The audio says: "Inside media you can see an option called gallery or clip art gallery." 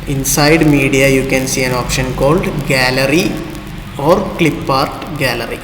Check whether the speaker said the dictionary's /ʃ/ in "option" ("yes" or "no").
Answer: yes